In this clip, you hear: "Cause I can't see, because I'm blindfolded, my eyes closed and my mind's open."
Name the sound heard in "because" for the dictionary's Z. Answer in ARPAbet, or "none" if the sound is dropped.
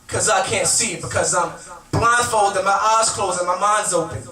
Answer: Z